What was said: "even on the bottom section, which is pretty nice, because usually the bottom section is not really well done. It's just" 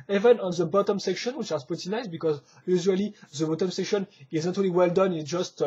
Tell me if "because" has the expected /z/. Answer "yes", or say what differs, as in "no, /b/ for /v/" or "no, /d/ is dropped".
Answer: yes